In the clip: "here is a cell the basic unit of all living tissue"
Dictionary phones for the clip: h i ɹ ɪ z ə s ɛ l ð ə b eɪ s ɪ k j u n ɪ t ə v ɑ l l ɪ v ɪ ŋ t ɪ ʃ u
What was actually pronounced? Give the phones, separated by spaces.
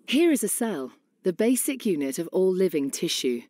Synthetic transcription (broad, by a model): h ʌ ɹ ɪ z ə s ɛ l ð ə b eɪ s ɪ k j u n ɪ t ə v ɑ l l ɪ v ɪ ŋ t ɪ ʃ u